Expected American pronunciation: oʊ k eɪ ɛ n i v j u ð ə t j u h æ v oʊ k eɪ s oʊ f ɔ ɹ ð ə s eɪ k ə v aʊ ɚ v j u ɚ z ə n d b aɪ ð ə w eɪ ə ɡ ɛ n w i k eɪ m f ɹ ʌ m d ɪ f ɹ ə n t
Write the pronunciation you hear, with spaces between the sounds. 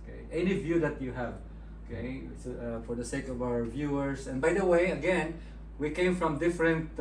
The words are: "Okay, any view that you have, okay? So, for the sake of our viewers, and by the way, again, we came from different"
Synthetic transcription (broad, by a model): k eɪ ɛ n i v j u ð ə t j u h æ v oʊ k eɪ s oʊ f ɔ ɹ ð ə s eɪ k ə v aʊ ɚ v j u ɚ s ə n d b aɪ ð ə w eɪ ə ɡ ɛ n w i k eɪ m f ɹ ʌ m d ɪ f ɹ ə n t